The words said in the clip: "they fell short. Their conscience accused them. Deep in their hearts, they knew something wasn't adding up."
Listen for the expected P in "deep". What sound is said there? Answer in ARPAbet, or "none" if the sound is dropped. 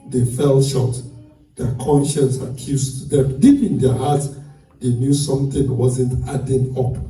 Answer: P